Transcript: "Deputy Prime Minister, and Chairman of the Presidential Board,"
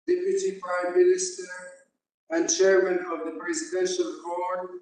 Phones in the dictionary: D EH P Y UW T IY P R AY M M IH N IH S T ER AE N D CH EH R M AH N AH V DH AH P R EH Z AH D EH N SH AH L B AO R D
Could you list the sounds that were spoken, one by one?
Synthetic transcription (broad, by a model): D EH P Y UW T IY P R AY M M IH N IH S T ER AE N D CH EH R M AH N AH V DH AH P R EH Z AH D EH N SH AH L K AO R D